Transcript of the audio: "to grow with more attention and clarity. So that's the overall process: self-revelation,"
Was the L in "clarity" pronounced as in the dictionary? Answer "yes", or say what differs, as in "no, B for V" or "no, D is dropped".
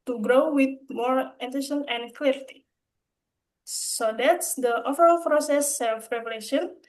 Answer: yes